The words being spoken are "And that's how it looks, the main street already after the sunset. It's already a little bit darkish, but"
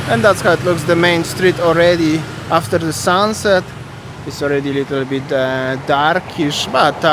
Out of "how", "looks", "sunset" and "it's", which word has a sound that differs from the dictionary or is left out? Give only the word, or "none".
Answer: none